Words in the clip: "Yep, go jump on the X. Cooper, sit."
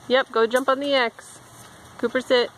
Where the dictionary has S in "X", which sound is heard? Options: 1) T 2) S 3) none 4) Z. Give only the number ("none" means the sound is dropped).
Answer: 2